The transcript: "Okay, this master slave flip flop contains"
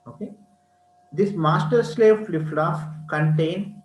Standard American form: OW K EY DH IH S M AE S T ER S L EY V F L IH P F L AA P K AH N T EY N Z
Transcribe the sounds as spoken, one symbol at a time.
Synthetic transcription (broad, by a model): OW K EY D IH S M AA S T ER S L EY V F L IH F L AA F K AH N T EY N